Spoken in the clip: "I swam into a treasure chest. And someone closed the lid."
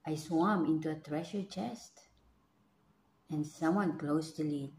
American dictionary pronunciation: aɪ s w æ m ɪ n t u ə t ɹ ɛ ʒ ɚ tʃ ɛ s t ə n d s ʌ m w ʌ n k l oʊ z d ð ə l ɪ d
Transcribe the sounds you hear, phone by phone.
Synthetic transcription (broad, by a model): aɪ s w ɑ m ɪ n t u ə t ɹ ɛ ʃ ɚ tʃ ɛ s t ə n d s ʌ m w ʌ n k l oʊ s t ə l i